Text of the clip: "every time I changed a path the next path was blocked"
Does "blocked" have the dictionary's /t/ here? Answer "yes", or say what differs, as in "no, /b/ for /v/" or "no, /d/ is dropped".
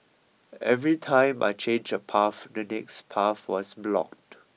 yes